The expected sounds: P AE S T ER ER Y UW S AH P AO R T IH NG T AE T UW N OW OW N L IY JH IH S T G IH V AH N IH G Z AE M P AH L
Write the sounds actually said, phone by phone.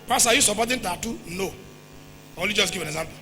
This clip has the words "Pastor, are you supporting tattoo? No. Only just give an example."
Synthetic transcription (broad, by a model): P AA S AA Y UW S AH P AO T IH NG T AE T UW N OW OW L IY JH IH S G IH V AH N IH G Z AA M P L